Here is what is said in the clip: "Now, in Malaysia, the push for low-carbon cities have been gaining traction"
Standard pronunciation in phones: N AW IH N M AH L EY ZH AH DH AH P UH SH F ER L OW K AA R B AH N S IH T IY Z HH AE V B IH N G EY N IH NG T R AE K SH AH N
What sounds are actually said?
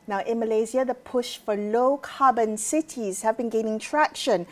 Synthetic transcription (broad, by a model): N AW IH N M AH L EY Z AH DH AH P UH SH F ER L OW K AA B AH N S IH T IY Z HH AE V B IH N G EY N IH NG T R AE K SH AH N